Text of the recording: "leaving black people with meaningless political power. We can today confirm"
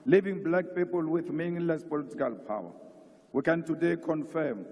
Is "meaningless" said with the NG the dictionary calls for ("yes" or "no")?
no